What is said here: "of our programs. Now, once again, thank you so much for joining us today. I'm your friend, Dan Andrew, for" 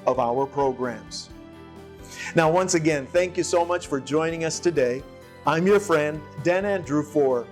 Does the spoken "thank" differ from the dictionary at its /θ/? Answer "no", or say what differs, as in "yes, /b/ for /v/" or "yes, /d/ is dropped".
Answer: no